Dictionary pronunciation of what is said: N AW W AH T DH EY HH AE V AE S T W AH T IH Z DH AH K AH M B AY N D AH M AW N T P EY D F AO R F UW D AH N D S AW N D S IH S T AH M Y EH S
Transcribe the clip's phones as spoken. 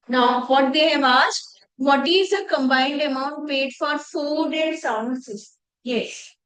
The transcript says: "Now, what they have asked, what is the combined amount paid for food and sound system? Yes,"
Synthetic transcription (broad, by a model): N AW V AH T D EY HH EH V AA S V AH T IH Z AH K AH M B AY N D AH M AW N T P EY D F AO R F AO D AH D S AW D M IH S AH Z Y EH S